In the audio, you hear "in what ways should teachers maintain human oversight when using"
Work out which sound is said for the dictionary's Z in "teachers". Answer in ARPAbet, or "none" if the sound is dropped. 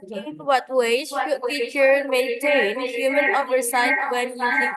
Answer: none